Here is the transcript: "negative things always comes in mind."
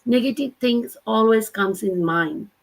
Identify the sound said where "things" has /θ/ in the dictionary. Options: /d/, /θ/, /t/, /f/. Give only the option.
/t/